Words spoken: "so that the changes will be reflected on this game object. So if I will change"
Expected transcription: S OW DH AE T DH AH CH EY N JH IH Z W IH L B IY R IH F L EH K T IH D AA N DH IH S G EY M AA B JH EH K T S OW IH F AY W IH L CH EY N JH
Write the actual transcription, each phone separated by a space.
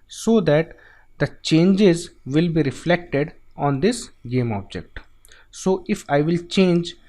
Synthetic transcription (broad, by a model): S OW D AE T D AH CH EY N JH IH Z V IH L B IY R IH F L EH K T IH D AA N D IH S G EY M AA B JH EH K T S OW IH F AY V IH L CH EY N JH